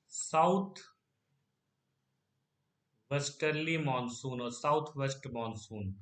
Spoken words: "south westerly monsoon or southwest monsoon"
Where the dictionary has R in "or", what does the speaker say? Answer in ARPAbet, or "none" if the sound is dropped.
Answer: R